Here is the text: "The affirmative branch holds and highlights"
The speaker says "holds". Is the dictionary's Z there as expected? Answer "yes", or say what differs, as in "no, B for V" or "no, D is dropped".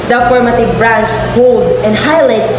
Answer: no, Z is dropped